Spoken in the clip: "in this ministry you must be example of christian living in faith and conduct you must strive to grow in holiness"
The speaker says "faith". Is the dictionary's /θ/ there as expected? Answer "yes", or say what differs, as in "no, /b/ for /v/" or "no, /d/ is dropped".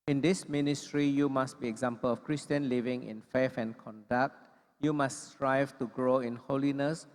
no, /f/ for /θ/